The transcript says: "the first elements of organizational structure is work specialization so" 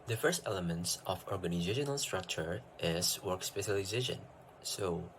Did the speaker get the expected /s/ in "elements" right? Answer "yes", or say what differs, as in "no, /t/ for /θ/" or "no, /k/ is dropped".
yes